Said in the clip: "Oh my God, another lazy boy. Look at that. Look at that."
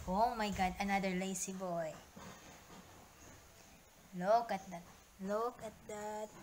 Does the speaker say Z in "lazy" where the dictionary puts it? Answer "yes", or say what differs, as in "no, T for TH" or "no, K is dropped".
no, S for Z